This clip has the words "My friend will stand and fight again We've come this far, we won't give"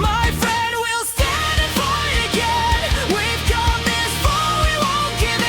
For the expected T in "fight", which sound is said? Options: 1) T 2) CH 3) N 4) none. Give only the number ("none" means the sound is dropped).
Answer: 4